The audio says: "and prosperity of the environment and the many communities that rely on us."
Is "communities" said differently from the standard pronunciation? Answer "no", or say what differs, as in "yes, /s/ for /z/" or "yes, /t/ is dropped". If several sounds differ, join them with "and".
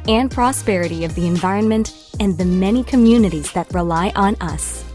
no